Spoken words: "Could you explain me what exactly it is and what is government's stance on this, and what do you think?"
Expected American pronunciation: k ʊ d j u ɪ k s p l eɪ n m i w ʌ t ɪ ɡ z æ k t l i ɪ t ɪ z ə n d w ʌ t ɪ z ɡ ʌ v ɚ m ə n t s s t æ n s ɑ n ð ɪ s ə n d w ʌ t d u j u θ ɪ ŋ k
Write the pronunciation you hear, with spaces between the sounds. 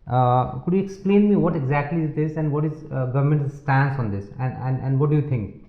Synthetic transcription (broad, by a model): k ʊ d j u ɪ k s p l eɪ n m i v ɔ t ɪ ɡ z æ k t l i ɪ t ɪ z ə n d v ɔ t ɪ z ɡ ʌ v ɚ m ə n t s s t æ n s ɑ n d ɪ s ə n d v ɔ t d u j u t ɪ ŋ k